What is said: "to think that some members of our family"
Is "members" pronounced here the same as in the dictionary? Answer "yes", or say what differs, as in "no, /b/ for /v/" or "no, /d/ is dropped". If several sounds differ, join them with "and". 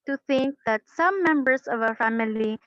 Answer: no, /s/ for /z/